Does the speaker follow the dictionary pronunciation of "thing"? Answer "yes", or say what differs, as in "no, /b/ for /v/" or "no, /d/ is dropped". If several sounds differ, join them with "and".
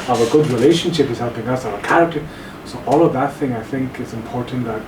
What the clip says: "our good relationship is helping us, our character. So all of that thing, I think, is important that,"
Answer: yes